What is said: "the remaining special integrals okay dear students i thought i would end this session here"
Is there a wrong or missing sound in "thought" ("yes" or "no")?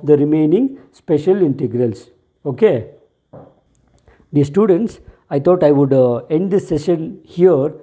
yes